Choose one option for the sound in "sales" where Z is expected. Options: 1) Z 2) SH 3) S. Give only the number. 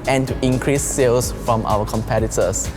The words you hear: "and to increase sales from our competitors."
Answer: 3